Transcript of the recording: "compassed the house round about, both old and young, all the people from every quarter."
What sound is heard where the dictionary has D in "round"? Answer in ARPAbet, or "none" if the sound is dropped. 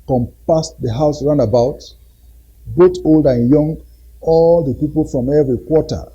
none